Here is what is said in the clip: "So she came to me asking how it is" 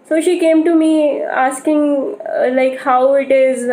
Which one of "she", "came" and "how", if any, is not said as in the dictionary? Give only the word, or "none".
none